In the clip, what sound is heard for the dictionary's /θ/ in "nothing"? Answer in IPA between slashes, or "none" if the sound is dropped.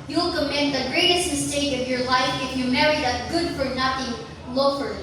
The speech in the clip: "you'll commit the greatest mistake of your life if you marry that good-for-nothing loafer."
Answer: /t/